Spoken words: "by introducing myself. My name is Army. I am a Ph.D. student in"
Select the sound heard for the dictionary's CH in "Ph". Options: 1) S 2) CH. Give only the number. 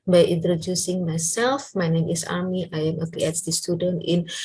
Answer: 1